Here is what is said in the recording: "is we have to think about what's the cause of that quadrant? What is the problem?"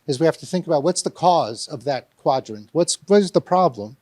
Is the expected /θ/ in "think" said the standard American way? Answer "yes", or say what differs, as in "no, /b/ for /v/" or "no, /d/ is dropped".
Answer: yes